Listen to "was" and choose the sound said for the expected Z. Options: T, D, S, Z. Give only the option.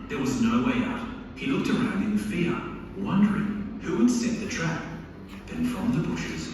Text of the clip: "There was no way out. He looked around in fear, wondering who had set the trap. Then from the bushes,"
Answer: Z